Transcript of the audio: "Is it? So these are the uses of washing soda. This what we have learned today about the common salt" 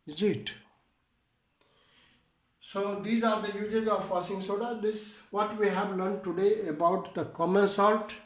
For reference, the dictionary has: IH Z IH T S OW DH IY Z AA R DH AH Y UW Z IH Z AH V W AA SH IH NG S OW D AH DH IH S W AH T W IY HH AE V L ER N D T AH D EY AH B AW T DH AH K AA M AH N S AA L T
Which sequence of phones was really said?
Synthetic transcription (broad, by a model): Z IH T S OW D IY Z AA R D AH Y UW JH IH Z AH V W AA S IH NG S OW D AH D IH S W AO T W IY HH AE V L ER N D T AH D EY AH B AW T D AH K AA M AH N S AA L T